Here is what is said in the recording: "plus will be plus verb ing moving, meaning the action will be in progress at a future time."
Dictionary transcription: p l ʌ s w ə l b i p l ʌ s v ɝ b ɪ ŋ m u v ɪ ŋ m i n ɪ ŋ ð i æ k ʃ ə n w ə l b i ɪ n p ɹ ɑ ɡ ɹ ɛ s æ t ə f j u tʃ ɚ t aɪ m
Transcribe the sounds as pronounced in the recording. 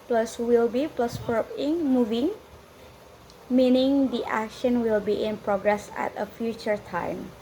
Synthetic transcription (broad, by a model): p l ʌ s w ə l b i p l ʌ s p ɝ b ɪ ŋ m u v ɪ ŋ m i n ɪ ŋ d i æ k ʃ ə n w ə l b i ɪ n p ɹ ɑ ɡ ɹ ɛ s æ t ə f j u tʃ ɚ t aɪ m